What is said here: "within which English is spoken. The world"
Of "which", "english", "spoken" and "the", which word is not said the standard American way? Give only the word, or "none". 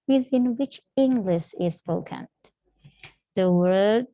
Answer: none